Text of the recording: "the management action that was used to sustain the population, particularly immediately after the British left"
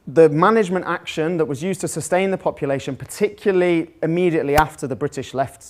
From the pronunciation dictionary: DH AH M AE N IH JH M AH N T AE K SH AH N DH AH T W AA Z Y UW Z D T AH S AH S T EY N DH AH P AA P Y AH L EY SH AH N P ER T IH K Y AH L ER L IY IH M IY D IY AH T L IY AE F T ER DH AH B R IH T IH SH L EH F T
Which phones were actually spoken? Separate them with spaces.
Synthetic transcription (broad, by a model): DH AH M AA N IH JH M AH N T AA K SH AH N DH AH T W AA Z Y UW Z T AH S AH S T EY N DH AH P AA P Y AH L EY SH AH N P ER T IH K Y L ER L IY IH M IY D IY AH T L IY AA F T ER DH AH B R IH T IH SH L EH F T